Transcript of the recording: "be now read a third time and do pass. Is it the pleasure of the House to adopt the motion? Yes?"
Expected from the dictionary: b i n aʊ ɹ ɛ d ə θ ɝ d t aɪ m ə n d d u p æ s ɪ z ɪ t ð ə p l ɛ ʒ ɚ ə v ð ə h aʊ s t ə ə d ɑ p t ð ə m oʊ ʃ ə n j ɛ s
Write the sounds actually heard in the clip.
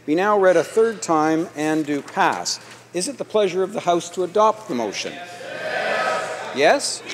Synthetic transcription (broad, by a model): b i n aʊ ɹ ɛ d ə θ ɝ d t aɪ m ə n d d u p æ s ɪ z ɪ t ð ə p l ɛ ʒ ɚ ə v ð ə h aʊ s t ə ə d ɑ p t ð ə m oʊ ʃ ə n j ɛ s